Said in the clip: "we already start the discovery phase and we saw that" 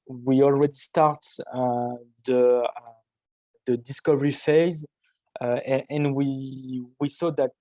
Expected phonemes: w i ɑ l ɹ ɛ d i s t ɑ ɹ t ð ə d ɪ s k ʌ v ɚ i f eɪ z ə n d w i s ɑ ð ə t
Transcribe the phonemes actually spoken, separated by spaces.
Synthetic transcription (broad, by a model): w i ɑ l ɹ ɛ d i s t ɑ ɹ t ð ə d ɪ s k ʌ v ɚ i f eɪ z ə n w w i s ɑ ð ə t